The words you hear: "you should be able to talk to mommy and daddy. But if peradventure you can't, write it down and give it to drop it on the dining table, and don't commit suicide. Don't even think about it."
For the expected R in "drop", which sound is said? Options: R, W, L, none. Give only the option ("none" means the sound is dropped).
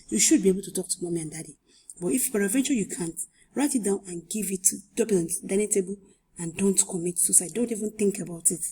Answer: none